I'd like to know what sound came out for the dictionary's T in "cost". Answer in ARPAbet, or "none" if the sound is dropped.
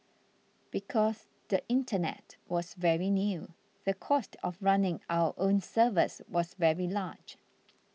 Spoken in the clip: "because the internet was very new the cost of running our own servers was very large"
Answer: T